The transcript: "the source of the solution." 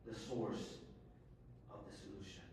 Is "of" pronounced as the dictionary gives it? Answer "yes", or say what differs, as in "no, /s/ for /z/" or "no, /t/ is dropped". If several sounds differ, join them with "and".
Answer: yes